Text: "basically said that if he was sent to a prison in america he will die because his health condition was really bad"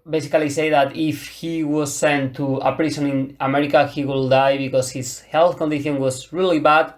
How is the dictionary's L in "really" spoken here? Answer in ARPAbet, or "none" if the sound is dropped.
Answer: L